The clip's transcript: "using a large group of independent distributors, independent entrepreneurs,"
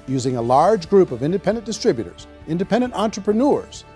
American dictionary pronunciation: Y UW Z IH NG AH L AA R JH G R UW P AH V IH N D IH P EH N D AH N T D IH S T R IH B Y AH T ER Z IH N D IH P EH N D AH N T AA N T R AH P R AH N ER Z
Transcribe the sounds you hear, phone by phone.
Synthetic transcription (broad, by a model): Y UW Z IH NG AH L AA R JH G R UW P AH V IH N D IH P EH N D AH N D IH S T R IH B Y AH T ER Z IH N D IH P EH N D AH N T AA N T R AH P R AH N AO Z